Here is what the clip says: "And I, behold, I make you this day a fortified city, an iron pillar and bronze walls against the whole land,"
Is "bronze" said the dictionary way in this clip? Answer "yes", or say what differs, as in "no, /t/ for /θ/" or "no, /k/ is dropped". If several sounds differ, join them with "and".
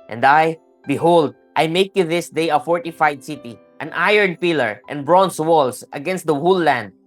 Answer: no, /s/ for /z/